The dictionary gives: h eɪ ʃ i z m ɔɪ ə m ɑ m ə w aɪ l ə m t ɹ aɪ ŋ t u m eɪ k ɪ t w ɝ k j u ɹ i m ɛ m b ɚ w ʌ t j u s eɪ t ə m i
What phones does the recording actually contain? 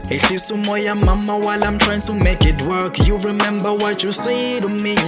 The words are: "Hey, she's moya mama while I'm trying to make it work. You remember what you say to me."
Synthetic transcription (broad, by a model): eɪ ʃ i s m ɔɪ ə m ɑ m ə w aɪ l ə m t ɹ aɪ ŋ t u m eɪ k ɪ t w ɝ k j u ɹ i m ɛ m b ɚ w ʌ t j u s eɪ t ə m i